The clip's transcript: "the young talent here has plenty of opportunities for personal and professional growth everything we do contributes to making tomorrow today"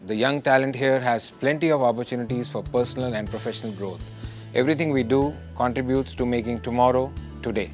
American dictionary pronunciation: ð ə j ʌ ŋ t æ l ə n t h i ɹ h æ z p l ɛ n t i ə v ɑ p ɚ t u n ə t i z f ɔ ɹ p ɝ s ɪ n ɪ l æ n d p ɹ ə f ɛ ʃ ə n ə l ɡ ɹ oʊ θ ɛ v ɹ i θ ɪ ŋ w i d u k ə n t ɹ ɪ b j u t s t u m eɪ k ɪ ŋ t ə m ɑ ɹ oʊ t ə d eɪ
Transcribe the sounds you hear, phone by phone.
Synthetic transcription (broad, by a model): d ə j ʌ ŋ t æ l ə n t h i ɹ h æ z p l ɛ n t i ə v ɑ p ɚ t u n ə t i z f ɔ ɹ p ɝ s ɪ n ɪ l æ n d p ɹ ə f ɛ ʃ ə n ə l ɡ ɹ oʊ t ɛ v ɹ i t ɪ ŋ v i d u k ə n t ɹ ɪ b j u t s t u m eɪ k ɪ ŋ t ə m ɑ ɹ oʊ t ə d eɪ